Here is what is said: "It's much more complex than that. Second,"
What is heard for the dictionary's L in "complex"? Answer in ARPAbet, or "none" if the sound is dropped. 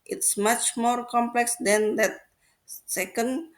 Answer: L